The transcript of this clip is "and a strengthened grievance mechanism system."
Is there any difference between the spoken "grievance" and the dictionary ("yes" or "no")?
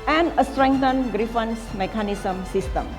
yes